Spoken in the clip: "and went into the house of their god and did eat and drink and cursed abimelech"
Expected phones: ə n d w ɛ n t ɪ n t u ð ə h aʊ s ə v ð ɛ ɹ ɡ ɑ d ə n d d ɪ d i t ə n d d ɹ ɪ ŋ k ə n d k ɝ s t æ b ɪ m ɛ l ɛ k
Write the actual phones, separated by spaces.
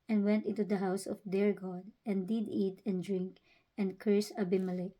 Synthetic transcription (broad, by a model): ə n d w ɛ n t ɪ n t u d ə h aʊ s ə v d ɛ ɹ ɡ ɑ d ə n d d ɪ d i t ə n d d ɹ ɪ ŋ k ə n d k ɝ s æ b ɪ m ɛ l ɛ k